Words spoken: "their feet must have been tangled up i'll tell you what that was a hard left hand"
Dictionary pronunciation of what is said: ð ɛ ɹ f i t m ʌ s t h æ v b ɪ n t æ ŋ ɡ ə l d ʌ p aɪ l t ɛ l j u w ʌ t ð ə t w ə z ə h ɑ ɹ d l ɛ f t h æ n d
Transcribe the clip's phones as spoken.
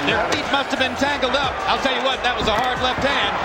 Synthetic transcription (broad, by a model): ð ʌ ɹ f i t m ʌ s t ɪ v b ɪ n t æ ŋ ɡ l d ʌ p aɪ l t ɛ l j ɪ w ʌ t ð ə t w ə z ə h ɑ ɹ d l ɛ f t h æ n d